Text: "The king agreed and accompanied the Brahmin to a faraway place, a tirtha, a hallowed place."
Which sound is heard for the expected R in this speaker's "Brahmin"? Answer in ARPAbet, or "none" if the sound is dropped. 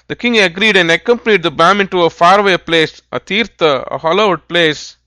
none